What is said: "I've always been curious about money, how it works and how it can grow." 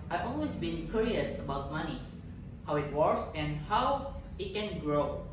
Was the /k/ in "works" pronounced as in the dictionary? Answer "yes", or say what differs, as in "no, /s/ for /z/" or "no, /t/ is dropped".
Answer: no, /k/ is dropped